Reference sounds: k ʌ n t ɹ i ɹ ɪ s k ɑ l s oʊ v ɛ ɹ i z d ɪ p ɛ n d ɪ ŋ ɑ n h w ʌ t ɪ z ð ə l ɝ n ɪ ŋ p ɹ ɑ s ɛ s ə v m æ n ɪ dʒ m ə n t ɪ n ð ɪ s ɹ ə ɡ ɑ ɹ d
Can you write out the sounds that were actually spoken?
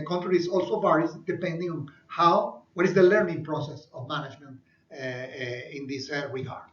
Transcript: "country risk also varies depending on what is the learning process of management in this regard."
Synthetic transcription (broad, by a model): k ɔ n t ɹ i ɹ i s ɑ l s oʊ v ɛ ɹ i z d ɪ p ɛ n d ɪ ŋ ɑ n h w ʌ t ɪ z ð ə l ɝ n ɪ ŋ p ɹ ɑ s ɛ s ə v m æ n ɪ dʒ m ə n t ɪ n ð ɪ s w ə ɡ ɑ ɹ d